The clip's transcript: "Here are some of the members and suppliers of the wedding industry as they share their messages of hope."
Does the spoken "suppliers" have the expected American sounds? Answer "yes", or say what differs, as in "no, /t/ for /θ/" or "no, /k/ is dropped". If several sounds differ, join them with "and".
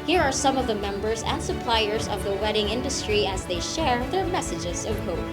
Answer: yes